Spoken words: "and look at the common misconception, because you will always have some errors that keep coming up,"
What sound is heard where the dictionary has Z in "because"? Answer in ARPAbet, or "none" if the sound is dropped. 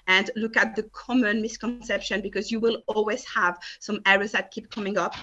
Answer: Z